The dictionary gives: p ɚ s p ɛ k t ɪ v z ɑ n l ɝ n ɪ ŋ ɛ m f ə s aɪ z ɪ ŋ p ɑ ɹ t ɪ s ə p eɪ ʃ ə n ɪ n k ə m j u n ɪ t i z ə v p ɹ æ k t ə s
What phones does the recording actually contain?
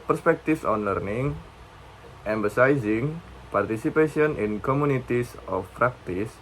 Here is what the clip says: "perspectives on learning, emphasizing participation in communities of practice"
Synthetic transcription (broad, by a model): p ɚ s p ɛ k t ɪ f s ɑ n l ɝ n ɪ ŋ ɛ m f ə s aɪ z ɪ ŋ p ɑ ɹ t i s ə p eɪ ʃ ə n ɪ n k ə m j u n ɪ t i s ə f p ɹ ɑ k t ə s